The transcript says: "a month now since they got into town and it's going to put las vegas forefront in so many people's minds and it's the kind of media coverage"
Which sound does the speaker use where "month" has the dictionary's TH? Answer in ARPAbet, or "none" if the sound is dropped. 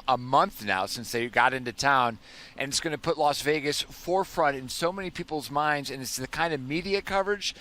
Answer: TH